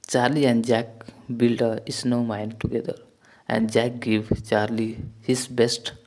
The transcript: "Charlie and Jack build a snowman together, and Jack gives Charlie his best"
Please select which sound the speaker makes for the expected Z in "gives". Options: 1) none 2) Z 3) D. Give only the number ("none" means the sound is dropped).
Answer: 1